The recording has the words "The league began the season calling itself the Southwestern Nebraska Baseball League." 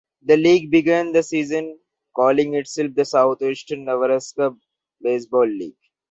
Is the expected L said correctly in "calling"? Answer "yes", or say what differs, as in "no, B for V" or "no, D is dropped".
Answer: yes